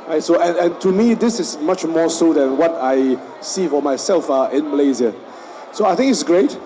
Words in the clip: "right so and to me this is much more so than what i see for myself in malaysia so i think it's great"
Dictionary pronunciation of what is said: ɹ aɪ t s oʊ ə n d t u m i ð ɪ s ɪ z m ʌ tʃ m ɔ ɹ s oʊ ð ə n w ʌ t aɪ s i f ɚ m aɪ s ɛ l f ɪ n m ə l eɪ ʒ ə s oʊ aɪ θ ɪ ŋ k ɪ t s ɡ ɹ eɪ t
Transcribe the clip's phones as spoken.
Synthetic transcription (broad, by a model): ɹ aɪ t s oʊ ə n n t u m i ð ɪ s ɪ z m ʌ tʃ m ɔ s oʊ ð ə n w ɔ t aɪ s i f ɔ m aɪ s ɛ l f ɪ n m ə l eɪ z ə s oʊ aɪ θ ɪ ŋ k ɪ t s ɡ ɹ eɪ t